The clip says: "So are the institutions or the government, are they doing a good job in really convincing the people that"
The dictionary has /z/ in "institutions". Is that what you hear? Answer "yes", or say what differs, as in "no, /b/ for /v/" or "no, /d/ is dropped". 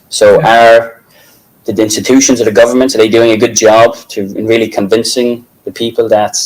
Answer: yes